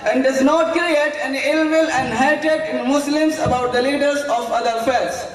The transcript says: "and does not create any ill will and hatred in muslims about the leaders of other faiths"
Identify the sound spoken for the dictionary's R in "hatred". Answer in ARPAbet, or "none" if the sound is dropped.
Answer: none